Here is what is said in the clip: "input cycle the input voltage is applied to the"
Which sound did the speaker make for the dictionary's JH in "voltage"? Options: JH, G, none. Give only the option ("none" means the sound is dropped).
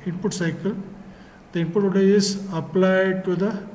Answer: none